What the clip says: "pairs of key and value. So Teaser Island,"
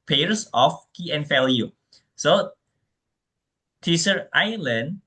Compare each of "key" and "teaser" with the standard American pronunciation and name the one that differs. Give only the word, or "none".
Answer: teaser